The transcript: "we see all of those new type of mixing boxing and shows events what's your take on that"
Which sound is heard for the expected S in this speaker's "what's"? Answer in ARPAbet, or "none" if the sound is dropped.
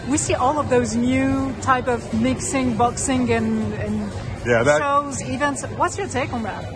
S